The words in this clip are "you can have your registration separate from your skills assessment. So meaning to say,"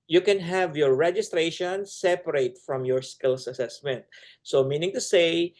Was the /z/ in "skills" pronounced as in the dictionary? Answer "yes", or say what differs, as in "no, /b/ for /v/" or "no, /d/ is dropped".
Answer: no, /s/ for /z/